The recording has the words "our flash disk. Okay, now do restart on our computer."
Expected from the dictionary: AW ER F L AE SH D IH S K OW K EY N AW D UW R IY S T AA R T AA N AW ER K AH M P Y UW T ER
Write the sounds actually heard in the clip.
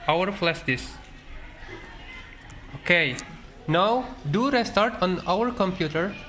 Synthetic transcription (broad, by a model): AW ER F L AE S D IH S OW K EY N AW D UW R IY S T AA R T AA N AW ER K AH M P Y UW T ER